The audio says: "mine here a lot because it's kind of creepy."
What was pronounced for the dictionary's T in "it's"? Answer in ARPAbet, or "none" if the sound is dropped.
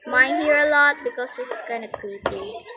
S